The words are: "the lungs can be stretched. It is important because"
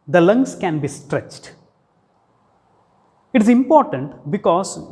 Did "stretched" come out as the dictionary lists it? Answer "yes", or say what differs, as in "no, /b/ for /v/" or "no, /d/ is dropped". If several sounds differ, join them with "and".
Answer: yes